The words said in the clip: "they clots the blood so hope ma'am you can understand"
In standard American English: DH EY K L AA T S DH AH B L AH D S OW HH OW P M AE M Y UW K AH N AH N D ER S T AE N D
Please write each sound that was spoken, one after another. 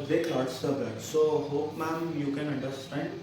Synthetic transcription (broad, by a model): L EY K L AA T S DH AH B AH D S OW HH OW P M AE M Y UW K AH N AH N D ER S T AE N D